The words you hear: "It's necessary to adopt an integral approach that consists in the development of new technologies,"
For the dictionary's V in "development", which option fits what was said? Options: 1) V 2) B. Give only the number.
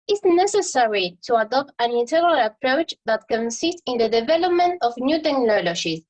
1